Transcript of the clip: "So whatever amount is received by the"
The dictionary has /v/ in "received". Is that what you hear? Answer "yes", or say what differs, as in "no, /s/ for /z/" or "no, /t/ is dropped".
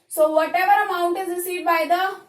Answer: no, /v/ is dropped